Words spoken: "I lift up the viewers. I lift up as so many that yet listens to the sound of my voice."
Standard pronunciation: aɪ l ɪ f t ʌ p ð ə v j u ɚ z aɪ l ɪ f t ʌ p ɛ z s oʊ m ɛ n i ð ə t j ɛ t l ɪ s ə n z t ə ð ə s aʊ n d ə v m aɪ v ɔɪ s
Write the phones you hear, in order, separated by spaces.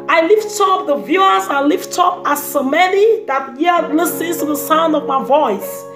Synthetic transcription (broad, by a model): aɪ l ɪ f t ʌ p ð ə v j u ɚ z aɪ l ɪ f t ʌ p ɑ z s oʊ m ɛ n i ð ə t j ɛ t l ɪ s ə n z t ə ð ə s aʊ n d ə v m aɪ v ɔɪ s